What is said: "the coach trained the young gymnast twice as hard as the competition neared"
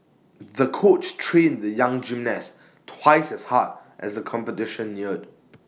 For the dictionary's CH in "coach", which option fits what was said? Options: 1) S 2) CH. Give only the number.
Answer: 2